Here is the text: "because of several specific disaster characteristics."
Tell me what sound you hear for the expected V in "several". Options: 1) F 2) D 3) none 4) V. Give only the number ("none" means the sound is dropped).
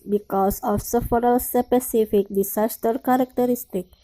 1